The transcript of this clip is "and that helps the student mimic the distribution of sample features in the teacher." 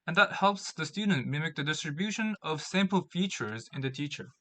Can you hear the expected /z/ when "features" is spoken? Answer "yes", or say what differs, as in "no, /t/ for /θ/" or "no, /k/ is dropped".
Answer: yes